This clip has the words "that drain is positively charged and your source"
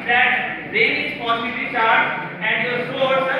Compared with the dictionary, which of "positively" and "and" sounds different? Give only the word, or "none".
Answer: positively